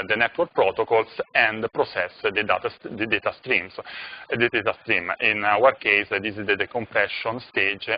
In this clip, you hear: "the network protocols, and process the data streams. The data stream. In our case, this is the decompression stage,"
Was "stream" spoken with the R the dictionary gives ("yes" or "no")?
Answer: yes